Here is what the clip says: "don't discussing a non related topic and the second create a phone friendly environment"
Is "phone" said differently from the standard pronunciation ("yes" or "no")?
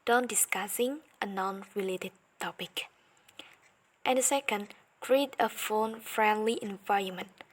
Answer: no